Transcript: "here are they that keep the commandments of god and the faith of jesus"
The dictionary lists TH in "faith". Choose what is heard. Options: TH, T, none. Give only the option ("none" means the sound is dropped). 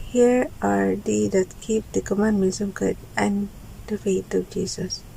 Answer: T